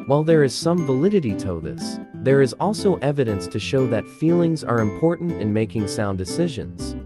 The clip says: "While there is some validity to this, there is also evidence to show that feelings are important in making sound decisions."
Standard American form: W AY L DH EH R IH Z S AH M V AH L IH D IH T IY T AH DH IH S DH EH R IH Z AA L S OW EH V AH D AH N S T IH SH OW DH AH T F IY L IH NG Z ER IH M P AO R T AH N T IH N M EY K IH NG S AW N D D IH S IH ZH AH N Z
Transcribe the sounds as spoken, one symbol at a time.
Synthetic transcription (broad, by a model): W AY L DH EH R IH Z S AH M V AH L IH D IH T IY T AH DH IH S DH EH R IH Z AA L S OW EH V AH D AH N S T IH SH OW DH AH T F IY L IH NG Z ER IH M P AO R T N T IH N M EY K IH NG S AW N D D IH S IH ZH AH N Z